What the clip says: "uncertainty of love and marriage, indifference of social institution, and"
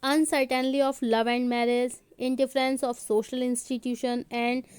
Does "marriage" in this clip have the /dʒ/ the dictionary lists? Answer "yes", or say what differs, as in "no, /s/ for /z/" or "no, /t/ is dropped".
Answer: no, /z/ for /dʒ/